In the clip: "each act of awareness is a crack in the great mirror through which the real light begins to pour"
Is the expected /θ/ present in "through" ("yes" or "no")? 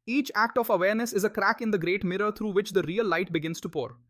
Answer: no